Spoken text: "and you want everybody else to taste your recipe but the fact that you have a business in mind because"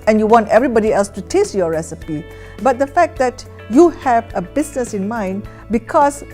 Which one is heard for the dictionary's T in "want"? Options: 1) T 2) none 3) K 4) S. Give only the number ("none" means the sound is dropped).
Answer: 1